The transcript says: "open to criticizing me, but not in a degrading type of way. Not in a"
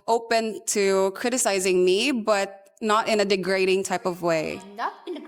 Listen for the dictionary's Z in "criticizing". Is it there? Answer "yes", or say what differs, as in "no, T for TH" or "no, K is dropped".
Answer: yes